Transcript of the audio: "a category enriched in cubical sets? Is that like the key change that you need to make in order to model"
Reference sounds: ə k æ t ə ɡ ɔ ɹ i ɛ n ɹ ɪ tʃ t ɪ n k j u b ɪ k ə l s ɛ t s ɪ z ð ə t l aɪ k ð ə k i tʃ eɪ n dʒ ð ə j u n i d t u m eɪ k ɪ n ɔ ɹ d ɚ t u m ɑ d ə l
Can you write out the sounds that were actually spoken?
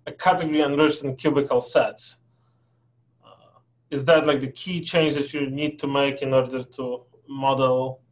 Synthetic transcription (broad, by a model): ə k æ t ə ɡ ɔ ɹ i ɛ n ɹ ɪ tʃ t ɪ n k j u b ɪ k ə l s ɛ t s ɪ z ð ə t l aɪ k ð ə k i tʃ eɪ n dʒ ð ə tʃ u n i d t u m eɪ k ɪ n ɔ ɹ d ɚ t u m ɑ d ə l